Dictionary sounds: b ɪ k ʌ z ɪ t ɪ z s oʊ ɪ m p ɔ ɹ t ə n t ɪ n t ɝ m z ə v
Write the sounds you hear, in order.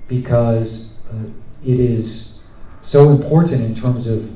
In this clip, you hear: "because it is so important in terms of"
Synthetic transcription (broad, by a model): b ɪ k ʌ z ɪ t ɪ z s oʊ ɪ m p ɔ ɹ t n t ɪ n t ɝ m z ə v